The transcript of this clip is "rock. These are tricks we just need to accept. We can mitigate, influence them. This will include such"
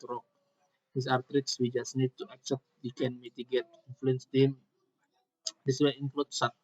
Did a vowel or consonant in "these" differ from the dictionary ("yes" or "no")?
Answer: yes